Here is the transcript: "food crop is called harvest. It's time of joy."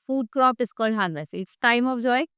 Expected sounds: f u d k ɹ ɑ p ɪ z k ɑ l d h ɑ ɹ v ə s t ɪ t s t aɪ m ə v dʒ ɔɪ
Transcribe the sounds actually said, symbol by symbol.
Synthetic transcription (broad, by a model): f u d k ɹ ɑ p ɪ s k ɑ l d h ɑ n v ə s ɪ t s t aɪ m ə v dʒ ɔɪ